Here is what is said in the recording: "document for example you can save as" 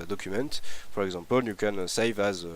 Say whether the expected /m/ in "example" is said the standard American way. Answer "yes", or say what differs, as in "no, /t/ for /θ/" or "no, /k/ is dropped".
no, /m/ is dropped